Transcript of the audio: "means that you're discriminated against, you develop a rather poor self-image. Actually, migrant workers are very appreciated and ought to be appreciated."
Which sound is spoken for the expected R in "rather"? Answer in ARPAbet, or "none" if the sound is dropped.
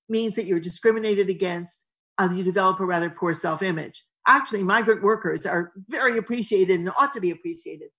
R